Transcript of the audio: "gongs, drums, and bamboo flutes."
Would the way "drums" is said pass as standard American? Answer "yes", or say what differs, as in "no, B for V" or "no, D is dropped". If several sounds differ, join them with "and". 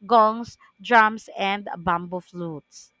no, S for Z